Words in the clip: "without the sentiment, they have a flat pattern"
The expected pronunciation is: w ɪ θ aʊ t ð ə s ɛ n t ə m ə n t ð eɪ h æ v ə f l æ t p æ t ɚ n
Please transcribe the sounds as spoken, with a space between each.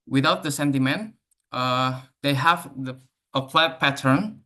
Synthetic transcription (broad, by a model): w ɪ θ aʊ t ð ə s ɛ n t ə m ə n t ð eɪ h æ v ə p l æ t p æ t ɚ n